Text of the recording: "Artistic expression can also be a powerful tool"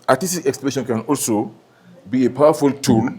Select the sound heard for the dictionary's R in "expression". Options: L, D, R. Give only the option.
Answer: L